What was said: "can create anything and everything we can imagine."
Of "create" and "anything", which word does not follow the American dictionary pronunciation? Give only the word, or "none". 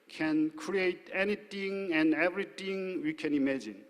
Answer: anything